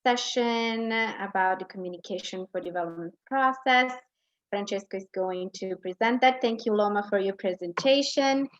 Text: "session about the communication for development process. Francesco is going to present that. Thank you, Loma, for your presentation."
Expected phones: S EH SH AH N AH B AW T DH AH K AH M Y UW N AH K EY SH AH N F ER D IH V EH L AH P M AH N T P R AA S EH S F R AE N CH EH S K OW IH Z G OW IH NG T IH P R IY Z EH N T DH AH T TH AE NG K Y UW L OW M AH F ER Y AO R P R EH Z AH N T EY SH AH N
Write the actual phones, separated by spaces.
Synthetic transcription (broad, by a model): EH SH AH N AH B AW T DH AH K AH M Y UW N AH K EY SH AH N F ER D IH V EH L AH P M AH N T P R AA S EH S F R AE N CH EH S K OW IH Z G OW IH NG T IH P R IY Z EH N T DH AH T TH AE NG K Y UW L OW M AH F ER Y AO R P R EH Z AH N T EY SH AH N